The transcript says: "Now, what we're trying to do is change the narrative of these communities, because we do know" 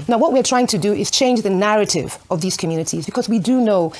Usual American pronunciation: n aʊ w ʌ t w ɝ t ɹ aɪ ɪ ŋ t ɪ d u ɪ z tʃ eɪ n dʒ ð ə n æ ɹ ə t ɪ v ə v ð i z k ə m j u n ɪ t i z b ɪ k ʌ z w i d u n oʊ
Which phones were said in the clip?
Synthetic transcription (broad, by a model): n aʊ w ʌ t w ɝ t ɹ aɪ ɪ ŋ t ɪ d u ɪ z tʃ eɪ n dʒ ð ə n æ ɹ ə t ɪ v ə v ð i z k ə m j u n ɪ t i z b ɪ k ʌ z w i d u n oʊ